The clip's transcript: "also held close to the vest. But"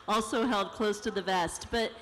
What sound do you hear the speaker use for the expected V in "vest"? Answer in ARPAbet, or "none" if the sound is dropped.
V